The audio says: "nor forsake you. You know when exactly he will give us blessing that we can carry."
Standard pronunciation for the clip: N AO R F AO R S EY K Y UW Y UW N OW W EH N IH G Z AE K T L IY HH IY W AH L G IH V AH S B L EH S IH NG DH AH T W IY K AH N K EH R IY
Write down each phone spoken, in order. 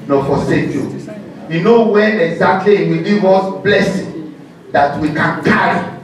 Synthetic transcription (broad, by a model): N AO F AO S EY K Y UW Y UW N OW W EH IH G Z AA K T L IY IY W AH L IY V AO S B L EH S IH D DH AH T W IY K AH N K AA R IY